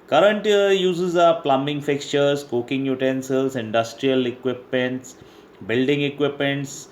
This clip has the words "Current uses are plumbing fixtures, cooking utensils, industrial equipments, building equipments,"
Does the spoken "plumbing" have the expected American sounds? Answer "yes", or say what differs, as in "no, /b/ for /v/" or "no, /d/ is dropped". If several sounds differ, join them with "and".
yes